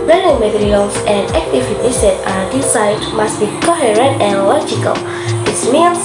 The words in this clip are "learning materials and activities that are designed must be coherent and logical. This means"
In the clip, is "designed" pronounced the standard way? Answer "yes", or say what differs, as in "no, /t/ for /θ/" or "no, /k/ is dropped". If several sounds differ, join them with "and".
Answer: no, /s/ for /z/ and /n/ is dropped